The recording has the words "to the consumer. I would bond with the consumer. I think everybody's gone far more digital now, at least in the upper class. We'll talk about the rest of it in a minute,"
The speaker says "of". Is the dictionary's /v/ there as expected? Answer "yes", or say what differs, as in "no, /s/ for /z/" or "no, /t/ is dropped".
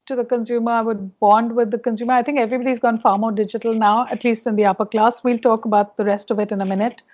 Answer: yes